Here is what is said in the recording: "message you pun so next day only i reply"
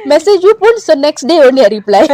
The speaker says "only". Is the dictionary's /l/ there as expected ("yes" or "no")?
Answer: no